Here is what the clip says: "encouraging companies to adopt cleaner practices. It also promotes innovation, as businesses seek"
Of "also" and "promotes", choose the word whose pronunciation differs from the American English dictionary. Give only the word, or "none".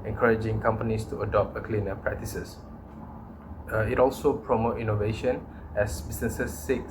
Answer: promotes